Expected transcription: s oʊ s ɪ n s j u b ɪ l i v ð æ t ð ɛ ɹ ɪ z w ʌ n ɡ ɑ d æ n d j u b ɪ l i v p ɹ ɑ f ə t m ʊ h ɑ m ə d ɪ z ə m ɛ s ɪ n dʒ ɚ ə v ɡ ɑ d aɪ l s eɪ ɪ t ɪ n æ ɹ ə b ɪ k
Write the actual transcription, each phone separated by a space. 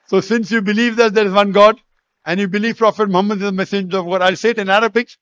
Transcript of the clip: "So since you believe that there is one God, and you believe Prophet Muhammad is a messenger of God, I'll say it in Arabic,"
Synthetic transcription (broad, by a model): s oʊ s ɪ n s j u b ɪ l i v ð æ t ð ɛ ɹ ɪ z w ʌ n ɡ ɑ d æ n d j u b ɪ l i v p ɹ ɑ f ə t m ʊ h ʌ m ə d ɪ z ə m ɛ s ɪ dʒ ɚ ə v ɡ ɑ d aɪ l s eɪ ɪ t ɪ n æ ɹ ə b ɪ k